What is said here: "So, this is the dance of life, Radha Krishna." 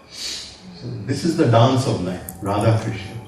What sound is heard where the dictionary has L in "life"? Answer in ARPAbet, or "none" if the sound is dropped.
N